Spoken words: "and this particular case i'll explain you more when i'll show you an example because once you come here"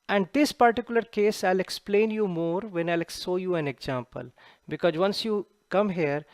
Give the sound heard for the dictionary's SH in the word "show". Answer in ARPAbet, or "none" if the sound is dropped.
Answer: S